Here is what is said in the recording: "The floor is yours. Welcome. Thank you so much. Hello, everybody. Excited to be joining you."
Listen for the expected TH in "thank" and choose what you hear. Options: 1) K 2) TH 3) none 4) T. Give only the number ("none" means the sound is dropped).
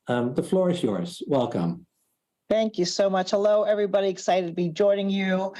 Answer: 2